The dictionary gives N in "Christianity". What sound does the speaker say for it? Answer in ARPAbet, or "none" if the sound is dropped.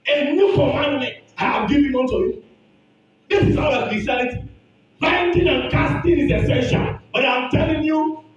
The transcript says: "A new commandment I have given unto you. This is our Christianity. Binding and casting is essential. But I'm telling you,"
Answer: L